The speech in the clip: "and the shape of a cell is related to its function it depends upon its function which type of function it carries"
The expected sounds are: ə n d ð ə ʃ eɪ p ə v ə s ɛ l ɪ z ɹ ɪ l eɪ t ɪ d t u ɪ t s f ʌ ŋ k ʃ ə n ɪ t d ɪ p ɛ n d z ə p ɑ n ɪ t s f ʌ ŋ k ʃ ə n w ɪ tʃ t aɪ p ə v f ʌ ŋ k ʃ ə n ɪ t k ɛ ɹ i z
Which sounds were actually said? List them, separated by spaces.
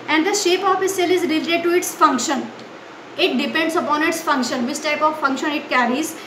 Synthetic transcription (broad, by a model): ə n d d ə ʃ eɪ p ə f ə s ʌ l ɪ z ɹ ɪ l eɪ t ɪ d t u ɪ t s f ʌ ŋ k ʃ ə n ɪ t d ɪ p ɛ n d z ə p ɑ n ɪ t s f ʌ ŋ k ʃ ə n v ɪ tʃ t aɪ p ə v f ʌ ŋ k ʃ ə n ɪ t k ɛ ɹ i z